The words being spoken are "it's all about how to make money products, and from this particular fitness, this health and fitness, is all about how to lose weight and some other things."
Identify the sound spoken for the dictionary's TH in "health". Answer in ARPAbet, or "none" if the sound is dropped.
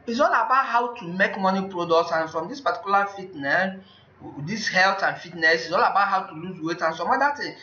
T